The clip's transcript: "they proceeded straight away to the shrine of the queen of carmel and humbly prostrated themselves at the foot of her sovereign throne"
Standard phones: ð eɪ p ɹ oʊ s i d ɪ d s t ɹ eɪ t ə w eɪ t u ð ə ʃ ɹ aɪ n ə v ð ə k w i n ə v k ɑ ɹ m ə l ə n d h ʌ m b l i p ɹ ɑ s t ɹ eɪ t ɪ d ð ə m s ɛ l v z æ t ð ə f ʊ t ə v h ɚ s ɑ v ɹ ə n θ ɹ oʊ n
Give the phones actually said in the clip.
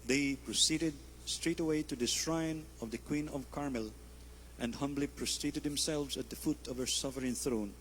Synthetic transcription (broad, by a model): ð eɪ p ɹ oʊ s i d ɪ d s t ɹ eɪ t ə w eɪ t u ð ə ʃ ɹ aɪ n ə v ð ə k w i n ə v k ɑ ɹ m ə l ə n d h ʌ m b l i p ɹ ɑ s t ɹ eɪ t ɪ d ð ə m s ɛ l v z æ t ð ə f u t ə v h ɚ s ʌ f ɹ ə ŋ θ ɹ oʊ n